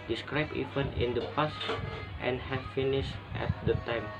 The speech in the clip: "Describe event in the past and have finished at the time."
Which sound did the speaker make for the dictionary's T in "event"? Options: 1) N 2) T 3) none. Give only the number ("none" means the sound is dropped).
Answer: 3